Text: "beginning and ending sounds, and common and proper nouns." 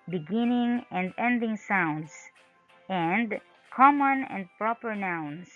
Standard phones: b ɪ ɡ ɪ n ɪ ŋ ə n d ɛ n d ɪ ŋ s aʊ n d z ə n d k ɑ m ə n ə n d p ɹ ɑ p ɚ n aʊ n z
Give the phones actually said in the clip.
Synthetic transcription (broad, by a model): b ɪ ɡ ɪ n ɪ ŋ ə n d ɛ n d ɪ ŋ s aʊ n d s ə n d k ɑ m ə n ə n d p ɹ ɑ p ɚ n aʊ n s